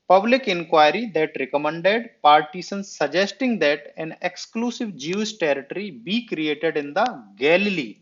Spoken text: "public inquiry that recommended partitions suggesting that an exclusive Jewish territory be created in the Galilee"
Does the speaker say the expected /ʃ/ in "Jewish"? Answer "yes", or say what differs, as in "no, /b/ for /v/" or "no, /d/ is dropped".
no, /s/ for /ʃ/